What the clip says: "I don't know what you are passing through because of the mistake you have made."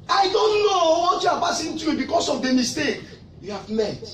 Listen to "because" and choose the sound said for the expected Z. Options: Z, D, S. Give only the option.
S